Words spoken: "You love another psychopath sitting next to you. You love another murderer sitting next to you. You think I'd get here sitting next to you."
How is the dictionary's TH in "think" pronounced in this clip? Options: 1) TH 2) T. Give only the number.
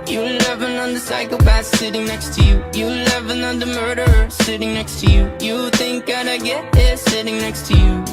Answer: 1